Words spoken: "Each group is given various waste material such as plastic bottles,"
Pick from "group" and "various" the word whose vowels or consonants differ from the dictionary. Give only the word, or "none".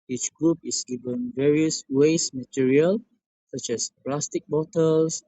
none